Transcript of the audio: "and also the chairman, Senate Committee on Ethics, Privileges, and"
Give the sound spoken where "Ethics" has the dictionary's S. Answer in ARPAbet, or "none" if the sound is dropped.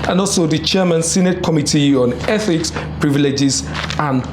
S